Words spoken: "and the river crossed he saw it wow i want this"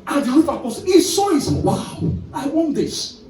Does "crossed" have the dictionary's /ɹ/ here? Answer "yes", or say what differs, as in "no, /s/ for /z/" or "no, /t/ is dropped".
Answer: no, /ɹ/ is dropped